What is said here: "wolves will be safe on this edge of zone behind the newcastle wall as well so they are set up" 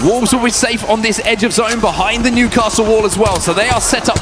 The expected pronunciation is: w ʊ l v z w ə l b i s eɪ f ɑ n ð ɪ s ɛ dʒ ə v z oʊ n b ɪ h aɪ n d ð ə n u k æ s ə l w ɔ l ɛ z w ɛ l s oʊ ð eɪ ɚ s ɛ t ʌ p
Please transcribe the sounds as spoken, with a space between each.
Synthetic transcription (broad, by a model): w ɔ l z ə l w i s eɪ f n ð ɪ s ɛ dʒ ə v z oʊ n b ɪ h aɪ n ð ə n u k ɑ s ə l w ɔ l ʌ z w ɛ l s oʊ ð eɪ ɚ s ɛ t ʌ p